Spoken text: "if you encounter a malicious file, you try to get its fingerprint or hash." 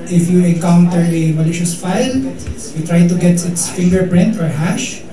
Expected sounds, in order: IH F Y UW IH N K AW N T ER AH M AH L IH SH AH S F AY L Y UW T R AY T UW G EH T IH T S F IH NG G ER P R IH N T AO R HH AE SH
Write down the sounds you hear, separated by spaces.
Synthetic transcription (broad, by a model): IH F Y UW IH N K AW N T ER AH M AH L IH SH AH S F AY L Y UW T R AY T UW G EH T IH T S F IH NG G ER P R IH N T AO R HH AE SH